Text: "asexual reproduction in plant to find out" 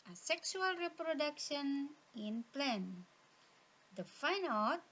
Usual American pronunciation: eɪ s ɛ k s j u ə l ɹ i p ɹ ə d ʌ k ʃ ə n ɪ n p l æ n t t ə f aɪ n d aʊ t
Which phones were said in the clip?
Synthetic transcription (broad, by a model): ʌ s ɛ k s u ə l ɹ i p ɹ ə d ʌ k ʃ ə n ɪ n p l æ n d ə f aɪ n aʊ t